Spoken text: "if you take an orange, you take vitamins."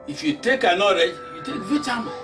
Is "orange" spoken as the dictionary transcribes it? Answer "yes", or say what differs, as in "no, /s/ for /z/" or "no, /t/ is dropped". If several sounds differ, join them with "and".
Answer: no, /n/ is dropped